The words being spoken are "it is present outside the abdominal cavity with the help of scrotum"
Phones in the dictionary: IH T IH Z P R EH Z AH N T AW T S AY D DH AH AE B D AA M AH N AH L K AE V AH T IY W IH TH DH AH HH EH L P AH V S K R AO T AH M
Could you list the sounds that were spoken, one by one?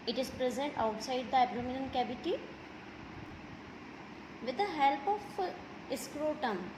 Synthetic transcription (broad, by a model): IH T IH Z P R EH Z AH N T AW T S AY D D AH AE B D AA M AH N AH N K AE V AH T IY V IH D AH HH EH L P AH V S K R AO T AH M